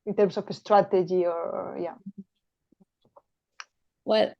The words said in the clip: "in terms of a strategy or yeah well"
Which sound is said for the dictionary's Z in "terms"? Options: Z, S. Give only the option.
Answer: S